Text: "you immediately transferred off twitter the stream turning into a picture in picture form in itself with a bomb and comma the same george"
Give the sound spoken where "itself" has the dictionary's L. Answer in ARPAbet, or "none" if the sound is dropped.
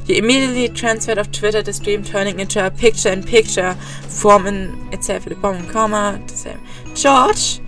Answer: none